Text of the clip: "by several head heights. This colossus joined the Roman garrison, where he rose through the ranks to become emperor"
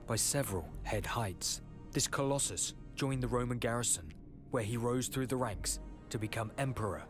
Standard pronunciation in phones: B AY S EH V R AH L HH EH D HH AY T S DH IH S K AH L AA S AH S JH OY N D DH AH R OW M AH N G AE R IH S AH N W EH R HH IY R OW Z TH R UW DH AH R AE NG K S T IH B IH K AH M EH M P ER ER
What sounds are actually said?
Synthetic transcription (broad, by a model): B AY S EH V R AH L HH EH D HH AY T S DH IH S K AH L AA S AH S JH OY N DH AH R OW M AH N G AE R IH S AH N W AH R IY R OW Z TH R UW DH AH R AE NG K S T IH B IH K AH M EH M P ER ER